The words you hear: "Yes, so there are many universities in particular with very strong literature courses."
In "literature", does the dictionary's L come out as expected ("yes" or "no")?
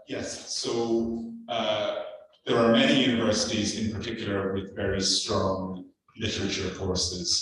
yes